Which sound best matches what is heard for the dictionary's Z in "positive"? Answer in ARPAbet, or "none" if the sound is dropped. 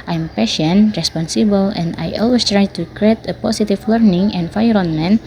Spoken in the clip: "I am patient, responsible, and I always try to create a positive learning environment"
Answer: S